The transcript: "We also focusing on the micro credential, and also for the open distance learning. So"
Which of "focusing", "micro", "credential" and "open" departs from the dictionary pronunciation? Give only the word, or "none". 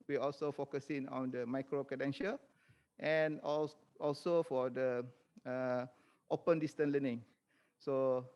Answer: credential